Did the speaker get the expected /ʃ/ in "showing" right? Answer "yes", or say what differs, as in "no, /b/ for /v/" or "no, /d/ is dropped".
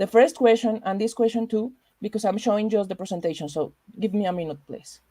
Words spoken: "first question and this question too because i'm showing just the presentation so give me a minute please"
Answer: yes